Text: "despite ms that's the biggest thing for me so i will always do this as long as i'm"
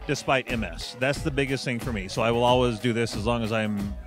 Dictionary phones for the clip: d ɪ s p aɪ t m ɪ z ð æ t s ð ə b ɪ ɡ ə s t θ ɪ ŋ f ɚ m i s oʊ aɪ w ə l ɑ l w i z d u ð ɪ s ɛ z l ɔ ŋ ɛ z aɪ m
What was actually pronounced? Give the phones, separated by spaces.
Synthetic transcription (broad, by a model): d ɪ s p aɪ t m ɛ s ð æ t s ð ə b ɪ ɡ ə s t θ ɪ ŋ f ɚ m i s oʊ aɪ w ə l ɑ l w i z d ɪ ð ɪ s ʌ z l ɔ ŋ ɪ z aɪ m